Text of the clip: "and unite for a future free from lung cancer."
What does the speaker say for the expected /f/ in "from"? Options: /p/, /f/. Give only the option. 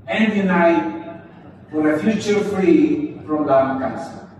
/p/